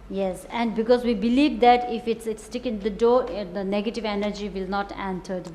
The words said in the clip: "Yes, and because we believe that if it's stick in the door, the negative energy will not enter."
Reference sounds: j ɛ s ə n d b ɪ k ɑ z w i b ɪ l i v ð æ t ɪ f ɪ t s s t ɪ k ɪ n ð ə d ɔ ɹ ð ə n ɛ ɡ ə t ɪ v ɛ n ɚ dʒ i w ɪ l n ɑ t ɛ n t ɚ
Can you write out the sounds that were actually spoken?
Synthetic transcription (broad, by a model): j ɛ s ə n d b ɪ k ɑ z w i b ɪ l i v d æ t ɪ f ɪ t s s t ɪ k ɪ n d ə d ɔ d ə n ɛ ɡ ə t ɪ v ɛ n ɚ dʒ i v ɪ l n ɑ t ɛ n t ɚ